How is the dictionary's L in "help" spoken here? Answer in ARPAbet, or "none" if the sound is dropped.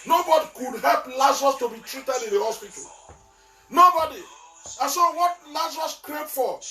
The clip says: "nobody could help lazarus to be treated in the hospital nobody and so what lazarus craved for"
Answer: L